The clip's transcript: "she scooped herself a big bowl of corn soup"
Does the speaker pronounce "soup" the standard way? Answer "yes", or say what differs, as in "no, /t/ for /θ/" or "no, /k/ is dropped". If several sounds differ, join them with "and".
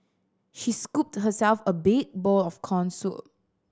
no, /p/ is dropped